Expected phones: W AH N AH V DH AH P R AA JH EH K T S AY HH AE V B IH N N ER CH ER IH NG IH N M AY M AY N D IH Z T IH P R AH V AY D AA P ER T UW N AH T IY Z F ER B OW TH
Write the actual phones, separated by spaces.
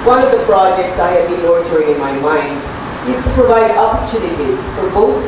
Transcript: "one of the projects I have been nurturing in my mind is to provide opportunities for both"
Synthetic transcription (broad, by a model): W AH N AH V DH AH P R AA JH EH K T S AY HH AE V B IH N L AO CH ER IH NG IH N M AY M AY N D IH Z T IH P R AH V AY D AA P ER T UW N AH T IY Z F ER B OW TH